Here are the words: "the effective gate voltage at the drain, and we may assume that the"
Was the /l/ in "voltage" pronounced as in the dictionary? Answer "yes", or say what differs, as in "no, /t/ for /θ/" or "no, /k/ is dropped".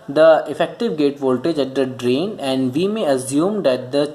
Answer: yes